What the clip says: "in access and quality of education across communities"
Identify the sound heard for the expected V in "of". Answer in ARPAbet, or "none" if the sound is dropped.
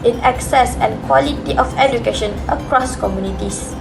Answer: F